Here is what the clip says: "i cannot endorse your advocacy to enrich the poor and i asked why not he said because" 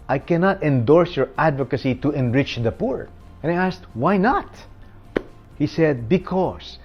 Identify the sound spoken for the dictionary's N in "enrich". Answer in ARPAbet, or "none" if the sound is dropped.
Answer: N